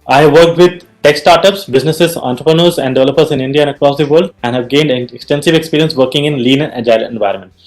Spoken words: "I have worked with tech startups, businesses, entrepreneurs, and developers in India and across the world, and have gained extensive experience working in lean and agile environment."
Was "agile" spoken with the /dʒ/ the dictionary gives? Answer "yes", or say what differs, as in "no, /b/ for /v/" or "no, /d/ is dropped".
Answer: no, /dʒ/ is dropped